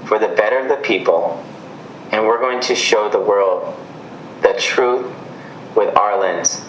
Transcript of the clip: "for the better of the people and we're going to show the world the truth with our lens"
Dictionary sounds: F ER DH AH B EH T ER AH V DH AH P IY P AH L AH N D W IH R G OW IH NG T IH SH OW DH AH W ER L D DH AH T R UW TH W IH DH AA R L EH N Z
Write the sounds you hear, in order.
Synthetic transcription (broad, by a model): F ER DH AH B EH T ER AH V DH AH P IY P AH L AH N W IH R G OW IH NG T IH SH OW DH AH W ER L D DH AH T R UW TH W IH DH AA R L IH N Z